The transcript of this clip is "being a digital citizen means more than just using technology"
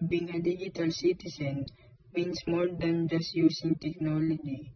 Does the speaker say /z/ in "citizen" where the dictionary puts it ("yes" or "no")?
no